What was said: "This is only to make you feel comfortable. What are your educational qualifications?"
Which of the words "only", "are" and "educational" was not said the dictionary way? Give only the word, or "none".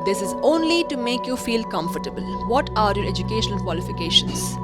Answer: educational